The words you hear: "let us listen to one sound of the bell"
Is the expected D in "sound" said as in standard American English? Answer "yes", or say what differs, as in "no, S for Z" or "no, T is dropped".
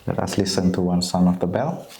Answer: no, D is dropped